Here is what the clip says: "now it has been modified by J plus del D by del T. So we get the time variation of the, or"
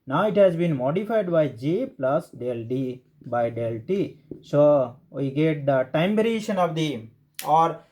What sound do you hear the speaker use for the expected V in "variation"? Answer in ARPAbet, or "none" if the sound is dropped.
B